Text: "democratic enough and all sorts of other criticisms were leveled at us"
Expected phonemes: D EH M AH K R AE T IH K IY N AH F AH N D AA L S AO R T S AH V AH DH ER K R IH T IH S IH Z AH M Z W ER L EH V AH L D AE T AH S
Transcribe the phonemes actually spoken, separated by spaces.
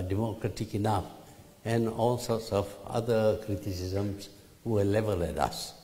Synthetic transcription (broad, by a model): D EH M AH K R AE T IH K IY N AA F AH N AA L S AO T S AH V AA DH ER K R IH T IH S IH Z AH M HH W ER L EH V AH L EH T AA S